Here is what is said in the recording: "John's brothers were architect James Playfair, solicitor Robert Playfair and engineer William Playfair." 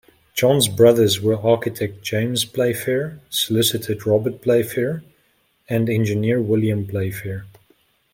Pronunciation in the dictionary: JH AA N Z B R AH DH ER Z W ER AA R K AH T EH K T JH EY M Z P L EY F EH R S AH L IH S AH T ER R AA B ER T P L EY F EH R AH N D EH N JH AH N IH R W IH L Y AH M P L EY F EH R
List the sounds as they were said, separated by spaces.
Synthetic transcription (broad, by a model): JH AA N Z B R AH DH ER Z W ER AA R K AH T EH K T JH EY M Z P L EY F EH R S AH L IH S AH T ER R AA B ER T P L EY F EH R AH N D EH N JH AH N IH R W IH L Y AH M P L EY F EH R